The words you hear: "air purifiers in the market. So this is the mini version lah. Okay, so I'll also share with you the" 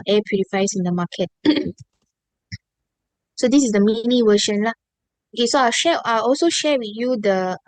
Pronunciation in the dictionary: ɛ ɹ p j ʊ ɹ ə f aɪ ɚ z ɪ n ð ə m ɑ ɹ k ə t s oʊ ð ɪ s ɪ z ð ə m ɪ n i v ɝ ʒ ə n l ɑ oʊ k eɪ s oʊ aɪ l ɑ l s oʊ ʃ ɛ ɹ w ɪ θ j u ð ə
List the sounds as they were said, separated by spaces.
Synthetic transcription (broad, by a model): ɛ p j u ɹ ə f aɪ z ɪ n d ə m ɑ k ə t s oʊ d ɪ s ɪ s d ə m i n i w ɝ ʃ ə n l ɑ oʊ k eɪ s oʊ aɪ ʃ ɑ l s oʊ ʃ ɛ w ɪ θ j u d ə